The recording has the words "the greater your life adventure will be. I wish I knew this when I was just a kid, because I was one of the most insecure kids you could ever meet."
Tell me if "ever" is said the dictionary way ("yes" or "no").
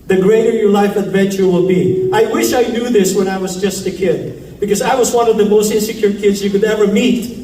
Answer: yes